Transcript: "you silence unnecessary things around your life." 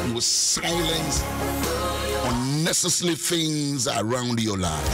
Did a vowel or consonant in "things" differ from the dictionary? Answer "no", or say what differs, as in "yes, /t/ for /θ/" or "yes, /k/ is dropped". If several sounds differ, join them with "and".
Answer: no